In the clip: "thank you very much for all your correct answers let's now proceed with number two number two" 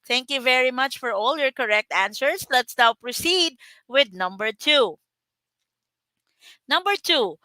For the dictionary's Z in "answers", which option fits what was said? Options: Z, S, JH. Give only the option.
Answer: S